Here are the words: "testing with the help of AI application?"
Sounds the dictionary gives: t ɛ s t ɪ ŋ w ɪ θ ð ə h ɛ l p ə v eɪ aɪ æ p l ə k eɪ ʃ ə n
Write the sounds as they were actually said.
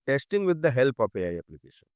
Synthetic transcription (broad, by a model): t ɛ s t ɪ ŋ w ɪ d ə h ɛ l p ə p eɪ aɪ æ p l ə k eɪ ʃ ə n